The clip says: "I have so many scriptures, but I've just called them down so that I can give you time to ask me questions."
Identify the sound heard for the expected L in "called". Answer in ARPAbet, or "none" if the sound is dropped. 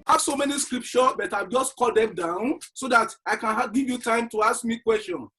none